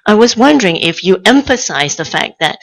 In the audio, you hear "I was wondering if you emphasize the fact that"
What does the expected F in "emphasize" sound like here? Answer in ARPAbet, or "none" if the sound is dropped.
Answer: F